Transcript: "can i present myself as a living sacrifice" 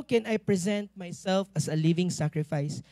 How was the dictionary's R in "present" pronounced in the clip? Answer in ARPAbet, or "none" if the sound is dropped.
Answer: R